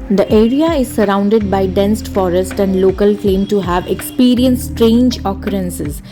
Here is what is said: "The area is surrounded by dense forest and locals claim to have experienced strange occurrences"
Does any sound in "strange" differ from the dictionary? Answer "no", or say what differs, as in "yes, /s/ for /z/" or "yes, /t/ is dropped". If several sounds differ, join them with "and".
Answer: no